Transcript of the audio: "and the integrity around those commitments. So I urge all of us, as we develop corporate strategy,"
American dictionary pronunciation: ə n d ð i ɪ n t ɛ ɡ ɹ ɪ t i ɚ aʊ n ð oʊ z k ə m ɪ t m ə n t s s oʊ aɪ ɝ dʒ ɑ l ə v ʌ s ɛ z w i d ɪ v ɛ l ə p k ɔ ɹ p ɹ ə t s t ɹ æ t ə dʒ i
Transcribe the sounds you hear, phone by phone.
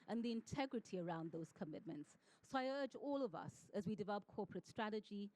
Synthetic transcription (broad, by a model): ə n ð i ɪ n t ɛ ɡ ɹ ɪ t i ɚ aʊ n ð oʊ z k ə m ɪ t m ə n t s s oʊ aɪ ɝ dʒ ɑ l ə v ʌ s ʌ z w i d ɪ v ɛ l ə p k ɔ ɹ p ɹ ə t s t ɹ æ t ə dʒ i